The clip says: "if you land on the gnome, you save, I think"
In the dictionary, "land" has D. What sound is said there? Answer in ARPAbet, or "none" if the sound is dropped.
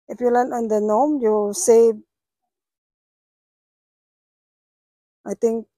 none